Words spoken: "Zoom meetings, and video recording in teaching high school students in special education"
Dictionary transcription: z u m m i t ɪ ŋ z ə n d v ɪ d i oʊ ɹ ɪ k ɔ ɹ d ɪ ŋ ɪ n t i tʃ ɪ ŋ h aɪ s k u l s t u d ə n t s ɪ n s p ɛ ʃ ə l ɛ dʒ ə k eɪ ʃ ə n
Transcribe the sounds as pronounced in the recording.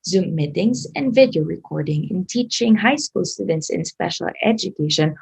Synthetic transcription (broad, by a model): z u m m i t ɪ ŋ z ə n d v ɪ d i oʊ ɹ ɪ k ɔ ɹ d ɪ ŋ ɪ n t i tʃ ɪ ŋ h aɪ s k u l s t u d ə n t s ɪ n s p ɛ ʃ ə l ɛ dʒ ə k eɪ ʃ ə n